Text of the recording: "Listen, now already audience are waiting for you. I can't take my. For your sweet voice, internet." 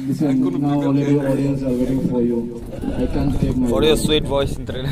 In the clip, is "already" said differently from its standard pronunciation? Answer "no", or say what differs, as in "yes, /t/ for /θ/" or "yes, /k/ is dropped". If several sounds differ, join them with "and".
yes, /l/ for /ɹ/